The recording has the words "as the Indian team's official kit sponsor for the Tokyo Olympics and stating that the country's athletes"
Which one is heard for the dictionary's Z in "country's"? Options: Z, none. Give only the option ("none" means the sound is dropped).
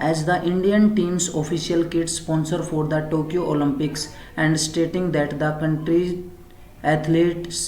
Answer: none